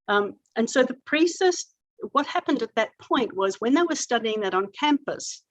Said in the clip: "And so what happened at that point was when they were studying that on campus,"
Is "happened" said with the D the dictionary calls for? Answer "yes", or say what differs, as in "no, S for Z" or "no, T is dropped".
yes